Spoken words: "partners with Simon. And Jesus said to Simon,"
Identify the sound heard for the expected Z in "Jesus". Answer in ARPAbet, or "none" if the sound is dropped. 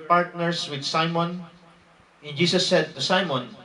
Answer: S